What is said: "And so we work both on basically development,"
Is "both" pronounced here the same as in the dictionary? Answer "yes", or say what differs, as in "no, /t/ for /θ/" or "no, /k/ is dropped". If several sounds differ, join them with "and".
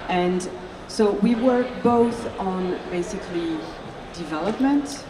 yes